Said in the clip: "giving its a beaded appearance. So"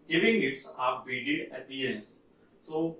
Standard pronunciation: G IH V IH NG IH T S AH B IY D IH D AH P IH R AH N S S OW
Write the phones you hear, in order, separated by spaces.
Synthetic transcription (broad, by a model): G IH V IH NG IH T S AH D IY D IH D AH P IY AH N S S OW